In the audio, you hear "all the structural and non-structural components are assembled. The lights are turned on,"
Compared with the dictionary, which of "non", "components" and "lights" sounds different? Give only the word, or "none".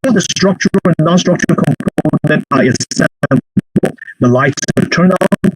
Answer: components